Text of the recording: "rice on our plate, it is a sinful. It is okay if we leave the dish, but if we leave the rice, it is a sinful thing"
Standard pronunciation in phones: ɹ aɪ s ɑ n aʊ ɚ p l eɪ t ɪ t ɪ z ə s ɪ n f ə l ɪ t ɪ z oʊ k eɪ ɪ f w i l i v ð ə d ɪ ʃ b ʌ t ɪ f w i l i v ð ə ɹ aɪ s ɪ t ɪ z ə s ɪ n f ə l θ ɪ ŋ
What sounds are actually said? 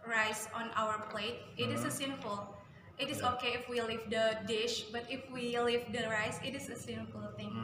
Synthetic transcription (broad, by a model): ɹ aɪ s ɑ n aʊ ɚ p l eɪ t ɪ t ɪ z ə s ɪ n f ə l ɪ t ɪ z oʊ k eɪ ɪ f w i l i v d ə d ɪ ʃ b ʌ t ɪ f w i l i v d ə ɹ aɪ s ɪ t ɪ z ə s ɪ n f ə l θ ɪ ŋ